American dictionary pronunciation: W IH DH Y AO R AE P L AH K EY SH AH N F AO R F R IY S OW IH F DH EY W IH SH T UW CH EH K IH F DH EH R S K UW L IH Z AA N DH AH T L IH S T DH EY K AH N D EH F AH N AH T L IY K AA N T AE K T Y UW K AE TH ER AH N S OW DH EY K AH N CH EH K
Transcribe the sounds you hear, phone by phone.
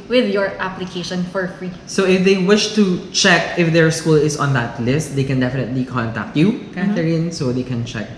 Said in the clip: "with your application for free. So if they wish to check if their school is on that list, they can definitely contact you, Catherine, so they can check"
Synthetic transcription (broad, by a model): W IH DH Y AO R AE P L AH K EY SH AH N F AO R F R IY S OW IH F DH EY W IH SH T UW CH EH K IH F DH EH R S K UW L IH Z AA N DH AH T L IH S T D EY K AH N D EH F AH N AH T L IY K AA N T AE K T Y UW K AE T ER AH N S OW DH EY K AH N CH EH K